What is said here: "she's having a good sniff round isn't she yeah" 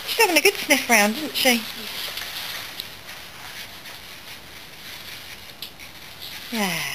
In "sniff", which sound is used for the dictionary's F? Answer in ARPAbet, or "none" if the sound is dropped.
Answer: F